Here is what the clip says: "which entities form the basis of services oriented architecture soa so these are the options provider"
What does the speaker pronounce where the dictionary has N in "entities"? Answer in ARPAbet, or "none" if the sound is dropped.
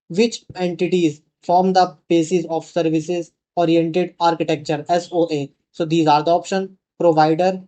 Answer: N